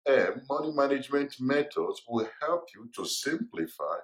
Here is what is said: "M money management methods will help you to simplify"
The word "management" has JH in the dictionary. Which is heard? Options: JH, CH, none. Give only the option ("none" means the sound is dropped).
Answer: JH